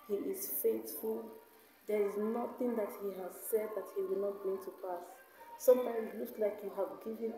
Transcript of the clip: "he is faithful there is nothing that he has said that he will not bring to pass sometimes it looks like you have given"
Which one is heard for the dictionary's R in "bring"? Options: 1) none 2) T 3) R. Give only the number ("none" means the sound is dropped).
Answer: 1